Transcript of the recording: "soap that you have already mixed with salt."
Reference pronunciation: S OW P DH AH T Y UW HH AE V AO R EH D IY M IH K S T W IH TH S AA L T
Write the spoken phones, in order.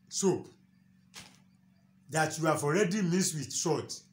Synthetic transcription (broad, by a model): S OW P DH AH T Y UW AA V AO R EH D IY M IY S W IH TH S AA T